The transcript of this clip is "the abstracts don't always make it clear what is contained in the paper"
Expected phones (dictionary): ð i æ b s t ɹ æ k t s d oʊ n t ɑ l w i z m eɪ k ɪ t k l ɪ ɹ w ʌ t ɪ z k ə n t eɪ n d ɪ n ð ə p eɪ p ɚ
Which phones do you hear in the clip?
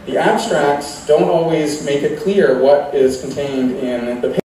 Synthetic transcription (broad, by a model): ð i æ b s t ɹ æ k t s d oʊ n t ɑ l w i z m eɪ k ɪ t k l ɪ ɹ w ʌ t ɪ z k n t eɪ n d ɪ n ð ə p p